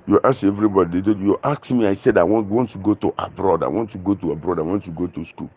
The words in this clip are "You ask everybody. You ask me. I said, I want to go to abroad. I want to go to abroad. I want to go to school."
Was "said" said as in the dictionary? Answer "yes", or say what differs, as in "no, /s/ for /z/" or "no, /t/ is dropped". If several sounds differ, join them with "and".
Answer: yes